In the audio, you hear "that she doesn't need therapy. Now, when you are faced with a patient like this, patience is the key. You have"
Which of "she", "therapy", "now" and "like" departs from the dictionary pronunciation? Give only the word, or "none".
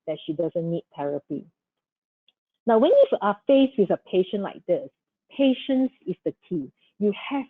therapy